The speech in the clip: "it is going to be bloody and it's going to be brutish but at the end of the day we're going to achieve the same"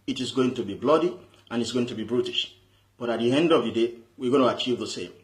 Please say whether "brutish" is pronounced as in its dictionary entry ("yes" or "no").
yes